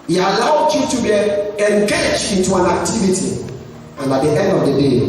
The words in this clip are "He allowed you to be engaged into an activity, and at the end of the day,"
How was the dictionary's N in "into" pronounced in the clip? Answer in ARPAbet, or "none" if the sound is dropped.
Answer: none